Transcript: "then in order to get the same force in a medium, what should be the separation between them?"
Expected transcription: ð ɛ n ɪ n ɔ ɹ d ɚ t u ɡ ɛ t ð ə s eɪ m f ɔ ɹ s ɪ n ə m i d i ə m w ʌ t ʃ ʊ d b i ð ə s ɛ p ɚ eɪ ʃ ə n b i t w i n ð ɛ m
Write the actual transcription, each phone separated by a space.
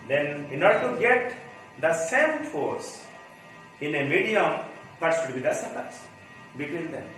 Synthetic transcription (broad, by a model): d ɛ n ɪ n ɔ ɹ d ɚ t u ɡ ɛ t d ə s eɪ m f ɔ ɹ s ɪ n ə m i d i ə m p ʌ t s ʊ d b i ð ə s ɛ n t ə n b i t w i n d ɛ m